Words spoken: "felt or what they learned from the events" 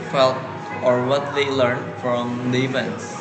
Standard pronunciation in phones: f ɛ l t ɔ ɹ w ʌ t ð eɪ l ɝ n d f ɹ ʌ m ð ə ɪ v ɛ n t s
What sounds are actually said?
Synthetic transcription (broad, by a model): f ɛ l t ɔ ɹ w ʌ t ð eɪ l ɝ n d f ɹ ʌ m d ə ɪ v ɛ n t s